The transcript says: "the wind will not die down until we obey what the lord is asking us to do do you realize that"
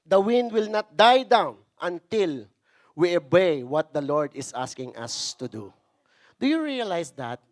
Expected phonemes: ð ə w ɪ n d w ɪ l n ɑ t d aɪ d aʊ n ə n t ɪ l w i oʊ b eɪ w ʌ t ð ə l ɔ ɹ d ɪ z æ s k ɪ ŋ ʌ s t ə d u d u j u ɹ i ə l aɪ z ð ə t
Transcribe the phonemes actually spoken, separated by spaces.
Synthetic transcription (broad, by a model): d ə w ɪ n d w ɪ l n ɑ t d aɪ d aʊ n ə n t ɪ l w i oʊ b eɪ w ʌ t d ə l ɔ ɹ d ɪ s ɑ s k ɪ ŋ ʌ s t ə d u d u j u ɹ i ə l aɪ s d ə t